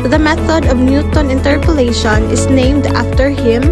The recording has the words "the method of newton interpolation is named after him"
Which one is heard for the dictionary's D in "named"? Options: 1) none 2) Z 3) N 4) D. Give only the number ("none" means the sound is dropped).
4